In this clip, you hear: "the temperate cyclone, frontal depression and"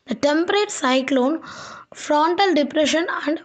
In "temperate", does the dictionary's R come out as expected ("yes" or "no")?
yes